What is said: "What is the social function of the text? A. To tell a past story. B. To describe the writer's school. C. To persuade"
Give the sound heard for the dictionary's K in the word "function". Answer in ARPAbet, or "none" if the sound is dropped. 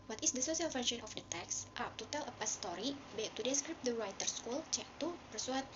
none